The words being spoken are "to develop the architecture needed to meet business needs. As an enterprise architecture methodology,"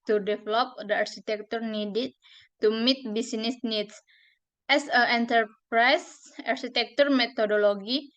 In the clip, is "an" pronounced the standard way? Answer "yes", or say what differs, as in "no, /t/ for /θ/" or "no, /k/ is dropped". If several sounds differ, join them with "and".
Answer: no, /l/ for /n/